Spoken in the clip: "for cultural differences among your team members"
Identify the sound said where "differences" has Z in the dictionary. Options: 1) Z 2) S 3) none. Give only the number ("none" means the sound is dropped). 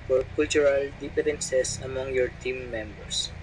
2